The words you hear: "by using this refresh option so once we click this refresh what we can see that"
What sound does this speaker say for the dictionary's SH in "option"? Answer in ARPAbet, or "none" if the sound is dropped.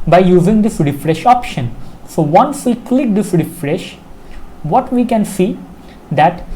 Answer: SH